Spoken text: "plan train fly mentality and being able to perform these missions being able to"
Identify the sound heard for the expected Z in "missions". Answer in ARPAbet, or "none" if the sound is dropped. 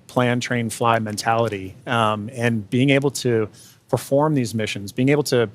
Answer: Z